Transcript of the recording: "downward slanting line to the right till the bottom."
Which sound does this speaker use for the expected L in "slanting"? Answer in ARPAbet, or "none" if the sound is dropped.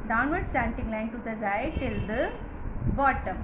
none